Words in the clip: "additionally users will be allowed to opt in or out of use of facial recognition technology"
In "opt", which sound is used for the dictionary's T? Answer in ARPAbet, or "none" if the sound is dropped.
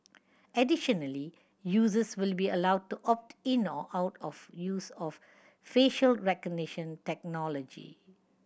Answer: T